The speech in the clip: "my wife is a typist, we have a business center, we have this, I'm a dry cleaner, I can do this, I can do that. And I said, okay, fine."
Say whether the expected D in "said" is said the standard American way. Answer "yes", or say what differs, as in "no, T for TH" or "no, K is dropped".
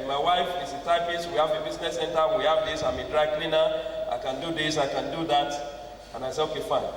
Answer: no, D is dropped